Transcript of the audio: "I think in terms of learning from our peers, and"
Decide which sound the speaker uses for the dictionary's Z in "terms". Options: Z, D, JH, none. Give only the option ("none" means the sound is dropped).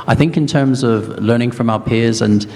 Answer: Z